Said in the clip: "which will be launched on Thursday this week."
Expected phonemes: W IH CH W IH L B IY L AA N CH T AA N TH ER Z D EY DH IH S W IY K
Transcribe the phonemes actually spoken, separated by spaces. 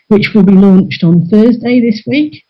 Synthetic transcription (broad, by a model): W IH CH W IH L B IY L AA N CH T N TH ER Z D EY DH IH S W IY K